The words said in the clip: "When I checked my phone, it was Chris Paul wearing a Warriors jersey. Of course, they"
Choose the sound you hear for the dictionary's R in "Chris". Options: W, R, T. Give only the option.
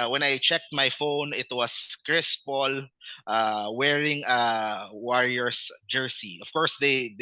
R